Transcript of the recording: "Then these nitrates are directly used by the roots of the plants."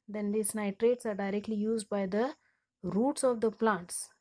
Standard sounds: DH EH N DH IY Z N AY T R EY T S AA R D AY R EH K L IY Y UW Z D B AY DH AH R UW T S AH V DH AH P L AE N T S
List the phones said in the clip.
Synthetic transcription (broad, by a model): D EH N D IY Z N AY T R EY T S AA R D AY R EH K L IY Y UW Z D B AY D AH R UW T S AH V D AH P L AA N T S